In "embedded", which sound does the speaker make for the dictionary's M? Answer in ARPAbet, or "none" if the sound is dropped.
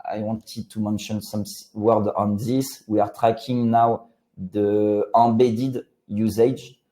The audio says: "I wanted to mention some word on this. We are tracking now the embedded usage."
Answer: none